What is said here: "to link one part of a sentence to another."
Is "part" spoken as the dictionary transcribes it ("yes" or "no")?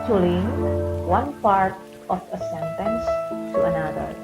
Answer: yes